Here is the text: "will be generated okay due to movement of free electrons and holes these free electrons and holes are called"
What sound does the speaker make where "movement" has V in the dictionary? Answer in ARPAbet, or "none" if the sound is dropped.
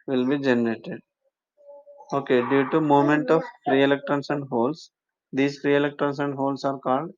none